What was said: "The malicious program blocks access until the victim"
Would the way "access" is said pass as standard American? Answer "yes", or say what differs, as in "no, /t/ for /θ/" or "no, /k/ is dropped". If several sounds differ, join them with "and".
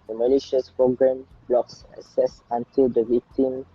no, /k/ is dropped